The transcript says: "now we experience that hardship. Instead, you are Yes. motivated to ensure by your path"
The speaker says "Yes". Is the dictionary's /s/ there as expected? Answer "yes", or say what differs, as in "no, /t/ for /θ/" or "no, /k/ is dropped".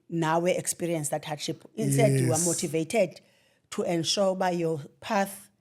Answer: no, /s/ is dropped